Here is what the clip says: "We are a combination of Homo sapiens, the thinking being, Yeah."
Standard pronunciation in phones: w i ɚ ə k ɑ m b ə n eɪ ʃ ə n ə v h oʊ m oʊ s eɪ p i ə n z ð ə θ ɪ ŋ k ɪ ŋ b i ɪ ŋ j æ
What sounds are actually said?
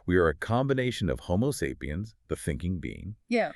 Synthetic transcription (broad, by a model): w i ɚ ə k ɑ m b ə n eɪ ʃ ə n ə v h oʊ m oʊ s eɪ p i ə n z ð ə θ ɪ ŋ k ɪ ŋ b i ɪ ŋ j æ